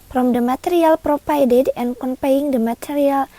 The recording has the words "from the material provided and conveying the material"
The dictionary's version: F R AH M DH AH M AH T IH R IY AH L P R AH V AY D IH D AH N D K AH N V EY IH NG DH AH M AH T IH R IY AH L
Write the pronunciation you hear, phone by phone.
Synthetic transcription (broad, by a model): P R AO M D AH M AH T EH R IY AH L P R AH F AY D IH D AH N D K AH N P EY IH NG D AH M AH T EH R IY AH L